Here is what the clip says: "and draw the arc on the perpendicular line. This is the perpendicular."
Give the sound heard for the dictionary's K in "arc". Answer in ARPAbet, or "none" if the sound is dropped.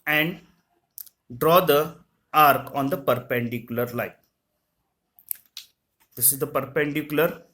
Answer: K